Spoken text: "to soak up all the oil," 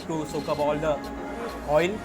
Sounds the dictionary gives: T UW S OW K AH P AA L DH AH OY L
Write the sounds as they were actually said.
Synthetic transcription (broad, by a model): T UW S OW K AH B AA L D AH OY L